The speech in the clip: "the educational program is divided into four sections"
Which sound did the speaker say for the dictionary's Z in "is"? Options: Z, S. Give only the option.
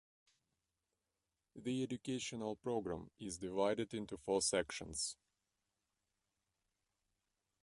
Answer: Z